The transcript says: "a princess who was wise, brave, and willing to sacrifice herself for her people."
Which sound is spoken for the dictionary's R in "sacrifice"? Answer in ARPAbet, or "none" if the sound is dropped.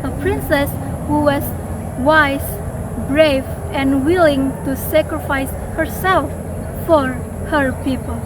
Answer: R